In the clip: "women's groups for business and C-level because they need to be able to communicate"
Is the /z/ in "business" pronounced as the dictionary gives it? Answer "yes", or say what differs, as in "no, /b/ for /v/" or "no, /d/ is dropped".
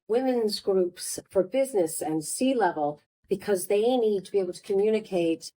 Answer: yes